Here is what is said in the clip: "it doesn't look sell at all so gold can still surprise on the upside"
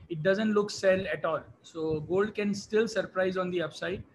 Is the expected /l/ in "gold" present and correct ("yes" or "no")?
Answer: yes